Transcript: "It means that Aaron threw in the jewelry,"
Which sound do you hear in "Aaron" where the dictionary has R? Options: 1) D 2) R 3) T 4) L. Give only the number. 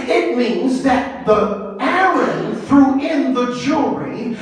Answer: 4